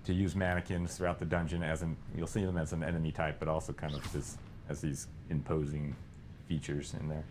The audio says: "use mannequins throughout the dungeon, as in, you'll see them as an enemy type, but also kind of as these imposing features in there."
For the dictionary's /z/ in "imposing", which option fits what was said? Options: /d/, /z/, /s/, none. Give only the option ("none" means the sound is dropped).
/z/